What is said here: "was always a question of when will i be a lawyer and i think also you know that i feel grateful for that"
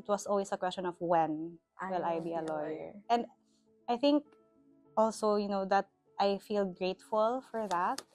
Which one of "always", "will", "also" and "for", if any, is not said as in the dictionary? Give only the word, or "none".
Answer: always